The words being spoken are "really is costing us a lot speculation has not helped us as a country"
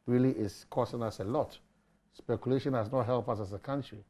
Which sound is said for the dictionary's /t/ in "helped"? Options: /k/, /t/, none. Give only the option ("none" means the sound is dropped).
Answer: none